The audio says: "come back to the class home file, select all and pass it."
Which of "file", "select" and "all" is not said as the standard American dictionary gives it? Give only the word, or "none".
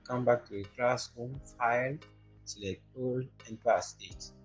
select